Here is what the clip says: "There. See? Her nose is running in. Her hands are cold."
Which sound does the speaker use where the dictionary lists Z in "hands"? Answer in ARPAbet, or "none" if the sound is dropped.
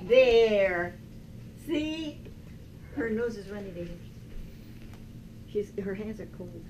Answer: Z